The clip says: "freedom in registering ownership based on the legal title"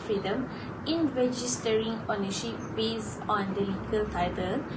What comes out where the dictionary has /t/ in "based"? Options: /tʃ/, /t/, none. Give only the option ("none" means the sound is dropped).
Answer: none